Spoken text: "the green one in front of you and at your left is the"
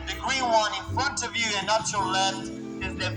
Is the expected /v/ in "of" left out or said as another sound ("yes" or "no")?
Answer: no